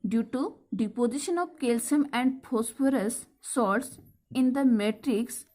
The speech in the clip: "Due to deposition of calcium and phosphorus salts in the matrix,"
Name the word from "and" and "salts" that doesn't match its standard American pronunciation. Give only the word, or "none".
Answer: salts